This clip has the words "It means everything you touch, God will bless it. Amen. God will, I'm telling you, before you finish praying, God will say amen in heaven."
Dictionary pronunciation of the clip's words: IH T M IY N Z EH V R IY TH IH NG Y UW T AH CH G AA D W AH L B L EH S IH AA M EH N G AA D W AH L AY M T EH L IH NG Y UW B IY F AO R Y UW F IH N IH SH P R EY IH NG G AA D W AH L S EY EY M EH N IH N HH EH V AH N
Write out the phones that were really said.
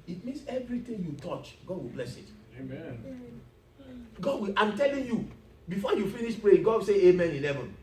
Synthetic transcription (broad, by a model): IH T M IY N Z EH V R IY T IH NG Y UW T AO CH G AA D W AH L B L EH S IH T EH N G AA D W AH L AY M T EH L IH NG Y UW B IY F AO Y UW F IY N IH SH P R EY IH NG G AA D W S EY EY M EH N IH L EH V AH N